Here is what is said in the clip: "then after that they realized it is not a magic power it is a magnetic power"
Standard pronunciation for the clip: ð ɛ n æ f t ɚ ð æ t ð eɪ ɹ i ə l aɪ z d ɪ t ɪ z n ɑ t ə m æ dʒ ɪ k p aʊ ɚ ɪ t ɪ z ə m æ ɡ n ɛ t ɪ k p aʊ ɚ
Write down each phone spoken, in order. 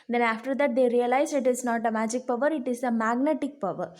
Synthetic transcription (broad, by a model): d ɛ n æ f t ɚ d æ t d eɪ ɹ i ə l aɪ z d ɪ t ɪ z n ɑ t ə m æ dʒ ɪ k p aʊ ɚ ɪ t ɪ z ə m æ ɡ n ɛ t ɪ k p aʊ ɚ